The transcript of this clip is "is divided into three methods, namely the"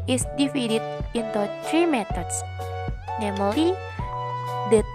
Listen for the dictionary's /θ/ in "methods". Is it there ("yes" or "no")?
no